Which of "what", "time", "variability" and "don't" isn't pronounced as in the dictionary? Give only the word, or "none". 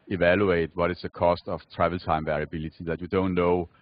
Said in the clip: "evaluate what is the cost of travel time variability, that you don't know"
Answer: none